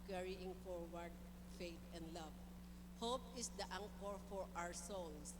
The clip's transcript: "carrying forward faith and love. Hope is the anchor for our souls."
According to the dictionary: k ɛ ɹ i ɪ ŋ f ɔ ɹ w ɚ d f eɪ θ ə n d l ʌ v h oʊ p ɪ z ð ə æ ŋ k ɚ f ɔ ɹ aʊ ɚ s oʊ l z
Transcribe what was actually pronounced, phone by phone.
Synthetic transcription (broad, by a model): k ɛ ɹ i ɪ ŋ f ɔ ɹ w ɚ d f eɪ t ə n d l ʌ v h oʊ p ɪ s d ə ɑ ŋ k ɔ f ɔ ɹ aʊ ɚ s oʊ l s